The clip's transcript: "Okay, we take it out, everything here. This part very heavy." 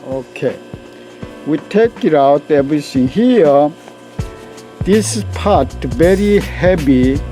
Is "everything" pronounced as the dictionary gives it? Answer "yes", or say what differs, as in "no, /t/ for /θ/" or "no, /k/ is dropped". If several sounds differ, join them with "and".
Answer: no, /s/ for /θ/